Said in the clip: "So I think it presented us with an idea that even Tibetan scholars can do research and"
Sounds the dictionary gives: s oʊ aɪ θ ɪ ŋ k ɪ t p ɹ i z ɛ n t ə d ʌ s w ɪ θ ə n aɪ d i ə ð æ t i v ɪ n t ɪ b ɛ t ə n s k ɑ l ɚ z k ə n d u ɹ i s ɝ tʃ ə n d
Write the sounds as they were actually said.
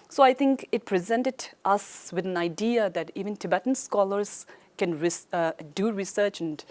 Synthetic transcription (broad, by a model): s oʊ aɪ t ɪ ŋ k ɪ t p ɹ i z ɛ n t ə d ʌ s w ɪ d ə n aɪ d i ə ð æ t i v ɪ n t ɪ b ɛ t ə n s k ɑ l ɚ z k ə n d u ɹ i s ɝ tʃ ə n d